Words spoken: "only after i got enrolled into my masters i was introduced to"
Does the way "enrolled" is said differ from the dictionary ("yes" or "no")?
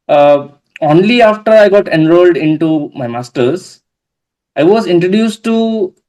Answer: no